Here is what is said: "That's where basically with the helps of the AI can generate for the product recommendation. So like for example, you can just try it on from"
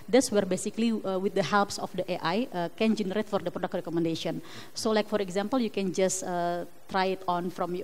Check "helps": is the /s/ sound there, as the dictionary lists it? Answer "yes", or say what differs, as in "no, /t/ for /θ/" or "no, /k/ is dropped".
yes